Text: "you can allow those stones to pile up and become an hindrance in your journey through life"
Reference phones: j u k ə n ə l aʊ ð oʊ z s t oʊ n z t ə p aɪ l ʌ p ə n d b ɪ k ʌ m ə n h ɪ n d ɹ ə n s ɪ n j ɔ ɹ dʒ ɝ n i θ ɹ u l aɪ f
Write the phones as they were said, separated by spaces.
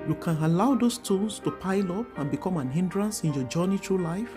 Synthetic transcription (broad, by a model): j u k ə n ə l aʊ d oʊ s t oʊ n s t ə p aɪ l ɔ p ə n b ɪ k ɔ m ə n h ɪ n d ɹ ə n s ɪ n j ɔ dʒ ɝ n i t ɹ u l aɪ f